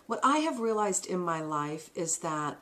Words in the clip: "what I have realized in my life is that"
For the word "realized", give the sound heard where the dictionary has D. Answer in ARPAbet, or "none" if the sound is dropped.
D